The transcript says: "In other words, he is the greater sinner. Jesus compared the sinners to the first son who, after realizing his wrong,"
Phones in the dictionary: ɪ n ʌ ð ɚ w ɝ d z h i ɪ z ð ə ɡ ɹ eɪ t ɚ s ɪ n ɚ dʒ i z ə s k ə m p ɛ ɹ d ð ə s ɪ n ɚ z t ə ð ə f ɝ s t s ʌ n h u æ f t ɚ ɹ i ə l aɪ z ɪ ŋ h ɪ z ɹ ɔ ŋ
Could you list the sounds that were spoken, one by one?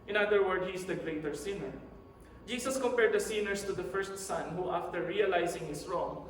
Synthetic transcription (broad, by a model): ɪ n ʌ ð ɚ w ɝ d h i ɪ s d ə ɡ ɹ eɪ t ɚ s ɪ n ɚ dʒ i s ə s k ə m p ɛ ɹ d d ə s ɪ n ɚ s t ə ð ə f ɝ s t s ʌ n h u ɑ f t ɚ ɹ i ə l aɪ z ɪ ŋ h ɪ s ɹ ɔ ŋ